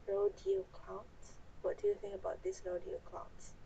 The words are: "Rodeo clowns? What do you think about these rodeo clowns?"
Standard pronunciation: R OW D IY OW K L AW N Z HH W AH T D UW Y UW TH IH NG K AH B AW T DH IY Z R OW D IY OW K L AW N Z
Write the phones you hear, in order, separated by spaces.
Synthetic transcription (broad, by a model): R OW D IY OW K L AW N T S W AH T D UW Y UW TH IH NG AH B AW T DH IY S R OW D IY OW K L AW N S